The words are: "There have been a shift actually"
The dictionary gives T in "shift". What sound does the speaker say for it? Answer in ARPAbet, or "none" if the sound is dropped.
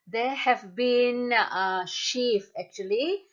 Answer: none